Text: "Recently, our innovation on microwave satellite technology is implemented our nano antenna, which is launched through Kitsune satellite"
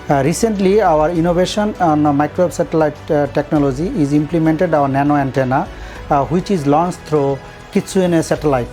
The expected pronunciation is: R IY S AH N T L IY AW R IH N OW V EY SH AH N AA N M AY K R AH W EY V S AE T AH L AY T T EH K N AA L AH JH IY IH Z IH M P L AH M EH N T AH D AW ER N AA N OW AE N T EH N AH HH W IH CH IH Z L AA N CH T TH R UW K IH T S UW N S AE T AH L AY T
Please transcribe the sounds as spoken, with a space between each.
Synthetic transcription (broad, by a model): R IY S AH N T L IY AW R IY N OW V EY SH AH N AA N M AY K R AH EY B S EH T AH L AY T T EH K N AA L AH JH IY IH Z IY M P L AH M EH N T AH D AW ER N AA N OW AE N T EH N AH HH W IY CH IH Z L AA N S T R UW K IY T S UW N S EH T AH L AY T